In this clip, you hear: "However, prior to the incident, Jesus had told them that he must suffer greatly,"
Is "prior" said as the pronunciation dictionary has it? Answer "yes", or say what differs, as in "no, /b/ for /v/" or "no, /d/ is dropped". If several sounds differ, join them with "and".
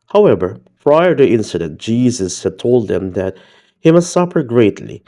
no, /f/ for /p/